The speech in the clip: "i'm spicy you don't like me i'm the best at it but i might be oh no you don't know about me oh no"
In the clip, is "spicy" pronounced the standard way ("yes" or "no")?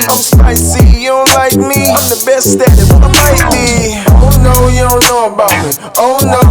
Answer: no